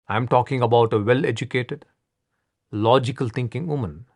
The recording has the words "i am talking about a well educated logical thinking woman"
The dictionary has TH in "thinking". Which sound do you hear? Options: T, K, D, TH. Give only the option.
T